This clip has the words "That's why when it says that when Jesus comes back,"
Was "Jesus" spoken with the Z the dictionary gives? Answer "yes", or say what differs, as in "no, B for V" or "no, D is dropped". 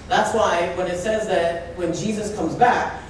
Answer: yes